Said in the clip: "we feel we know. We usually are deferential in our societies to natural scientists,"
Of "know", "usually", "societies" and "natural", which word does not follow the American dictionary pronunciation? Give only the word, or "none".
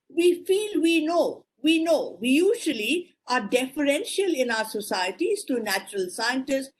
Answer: none